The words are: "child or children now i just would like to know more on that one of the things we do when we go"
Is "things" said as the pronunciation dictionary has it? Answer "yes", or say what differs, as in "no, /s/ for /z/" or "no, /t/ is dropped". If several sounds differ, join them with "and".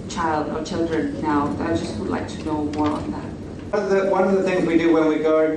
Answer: yes